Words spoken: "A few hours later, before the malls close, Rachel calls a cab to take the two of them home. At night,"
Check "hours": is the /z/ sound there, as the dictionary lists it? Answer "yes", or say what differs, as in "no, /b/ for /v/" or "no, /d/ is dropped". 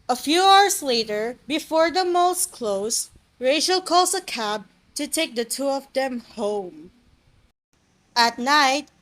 no, /s/ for /z/